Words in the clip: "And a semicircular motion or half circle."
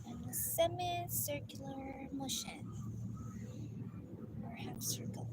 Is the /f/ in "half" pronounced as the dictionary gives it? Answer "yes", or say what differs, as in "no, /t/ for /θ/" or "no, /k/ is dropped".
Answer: no, /p/ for /f/